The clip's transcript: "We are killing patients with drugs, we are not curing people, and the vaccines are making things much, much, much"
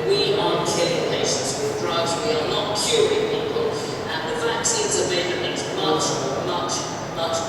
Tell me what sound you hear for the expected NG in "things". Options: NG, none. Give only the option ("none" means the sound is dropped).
none